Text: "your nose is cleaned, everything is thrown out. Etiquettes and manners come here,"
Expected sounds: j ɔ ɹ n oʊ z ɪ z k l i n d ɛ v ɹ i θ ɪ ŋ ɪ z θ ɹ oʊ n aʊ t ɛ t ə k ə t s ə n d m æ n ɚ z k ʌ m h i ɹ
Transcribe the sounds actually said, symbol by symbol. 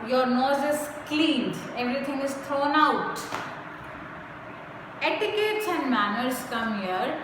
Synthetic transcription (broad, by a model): j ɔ ɹ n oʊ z ɪ z k l i n d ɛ v ɹ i t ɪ ŋ ɪ z t ɹ oʊ n aʊ t ɛ t ə k ə t s ə n d m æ n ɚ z k ʌ m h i ɹ